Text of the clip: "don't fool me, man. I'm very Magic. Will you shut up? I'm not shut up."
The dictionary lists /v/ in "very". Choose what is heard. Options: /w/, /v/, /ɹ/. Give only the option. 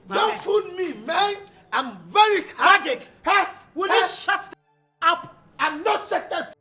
/v/